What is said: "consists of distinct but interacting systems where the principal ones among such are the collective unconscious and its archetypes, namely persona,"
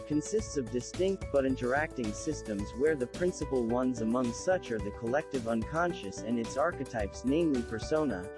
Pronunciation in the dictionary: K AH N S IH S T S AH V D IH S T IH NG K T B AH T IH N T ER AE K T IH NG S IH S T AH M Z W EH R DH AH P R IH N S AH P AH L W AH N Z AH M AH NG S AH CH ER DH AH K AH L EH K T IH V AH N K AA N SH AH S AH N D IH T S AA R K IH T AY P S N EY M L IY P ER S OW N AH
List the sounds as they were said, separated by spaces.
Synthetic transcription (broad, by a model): K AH N S IH S T S AH V D IH S T IH NG K T B AH T IH N T ER AE K T IH NG S IH S T AH M Z W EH R DH AH P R IH N S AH P L W AH N Z AH M AH NG S AH CH ER DH AH K AH L EH K T IH V AH N K AA N SH AH S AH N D IH T S AA R K IH T AY P S N EY M L IY P ER S OW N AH